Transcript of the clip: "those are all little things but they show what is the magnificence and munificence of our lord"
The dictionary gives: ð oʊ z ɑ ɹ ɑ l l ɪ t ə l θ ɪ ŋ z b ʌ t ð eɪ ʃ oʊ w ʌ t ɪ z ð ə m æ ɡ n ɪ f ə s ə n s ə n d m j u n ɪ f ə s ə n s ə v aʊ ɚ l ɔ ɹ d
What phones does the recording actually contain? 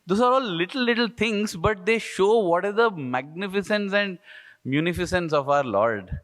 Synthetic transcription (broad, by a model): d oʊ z ɑ ɹ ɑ l l ɪ t ə l t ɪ ŋ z b ʌ t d eɪ ʃ oʊ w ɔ t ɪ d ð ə m æ ɡ n ɪ f ə s ə n s ə n d m j u n ɪ f ə s ə n s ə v aʊ ɚ l ɔ ɹ d